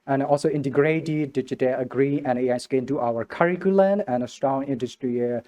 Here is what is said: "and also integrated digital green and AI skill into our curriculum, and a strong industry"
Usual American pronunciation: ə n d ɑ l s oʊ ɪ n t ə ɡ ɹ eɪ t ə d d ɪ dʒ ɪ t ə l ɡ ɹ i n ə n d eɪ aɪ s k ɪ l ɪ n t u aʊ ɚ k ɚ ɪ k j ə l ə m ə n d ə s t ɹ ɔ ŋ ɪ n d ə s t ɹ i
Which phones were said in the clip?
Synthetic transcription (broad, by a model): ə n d ɑ l s oʊ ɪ n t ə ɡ ɹ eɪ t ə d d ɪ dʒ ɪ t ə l ɡ ɹ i ə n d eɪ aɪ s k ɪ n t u aʊ ɚ k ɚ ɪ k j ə l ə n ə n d ə s t ɹ ɔ ŋ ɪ n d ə s t ɹ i